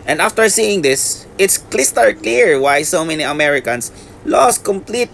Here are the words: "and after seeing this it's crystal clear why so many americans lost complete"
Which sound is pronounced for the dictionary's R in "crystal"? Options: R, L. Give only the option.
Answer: L